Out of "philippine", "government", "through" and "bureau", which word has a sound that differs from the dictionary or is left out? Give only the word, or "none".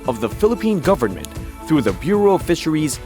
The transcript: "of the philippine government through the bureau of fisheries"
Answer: none